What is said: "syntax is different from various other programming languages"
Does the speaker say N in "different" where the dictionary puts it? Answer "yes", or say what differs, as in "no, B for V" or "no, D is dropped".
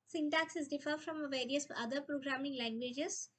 no, N is dropped